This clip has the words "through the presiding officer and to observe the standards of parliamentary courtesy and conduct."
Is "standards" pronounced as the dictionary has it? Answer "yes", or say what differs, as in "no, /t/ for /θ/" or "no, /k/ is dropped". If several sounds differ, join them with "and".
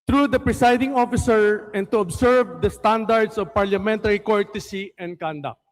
no, /s/ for /z/